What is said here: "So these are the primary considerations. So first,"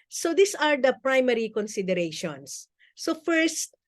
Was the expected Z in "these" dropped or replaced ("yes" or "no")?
yes